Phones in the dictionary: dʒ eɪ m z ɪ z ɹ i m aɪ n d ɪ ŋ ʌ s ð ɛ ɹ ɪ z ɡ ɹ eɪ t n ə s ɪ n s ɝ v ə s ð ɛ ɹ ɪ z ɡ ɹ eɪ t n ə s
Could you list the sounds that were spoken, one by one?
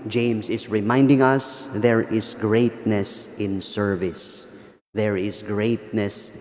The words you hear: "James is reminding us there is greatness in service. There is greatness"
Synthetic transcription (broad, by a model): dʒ eɪ m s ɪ s ɹ i m aɪ n d ɪ ŋ ʌ s ð ɛ ɹ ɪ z ɡ ɹ eɪ t n ə s ɪ n s ɝ v ə s ð ɛ ɹ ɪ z ɡ ɹ eɪ t n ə s